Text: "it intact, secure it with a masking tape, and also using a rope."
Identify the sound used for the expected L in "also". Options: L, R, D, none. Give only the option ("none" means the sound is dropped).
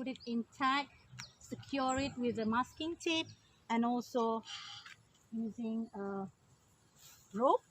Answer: L